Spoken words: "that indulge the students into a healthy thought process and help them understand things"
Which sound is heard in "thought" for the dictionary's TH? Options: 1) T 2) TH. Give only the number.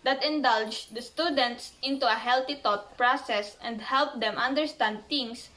1